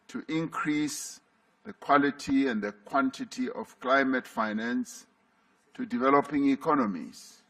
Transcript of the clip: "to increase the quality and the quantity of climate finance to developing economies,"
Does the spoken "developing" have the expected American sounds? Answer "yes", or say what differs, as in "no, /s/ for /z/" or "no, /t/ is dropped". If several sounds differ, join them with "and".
yes